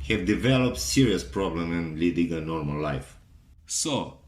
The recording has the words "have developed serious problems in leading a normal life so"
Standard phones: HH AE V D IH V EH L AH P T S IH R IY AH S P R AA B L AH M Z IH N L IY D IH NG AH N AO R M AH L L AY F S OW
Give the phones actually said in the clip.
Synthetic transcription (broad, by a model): HH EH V D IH V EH L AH P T S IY R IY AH S P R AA B L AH M IH N L IY D IH NG AH N AO R M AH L L AY F S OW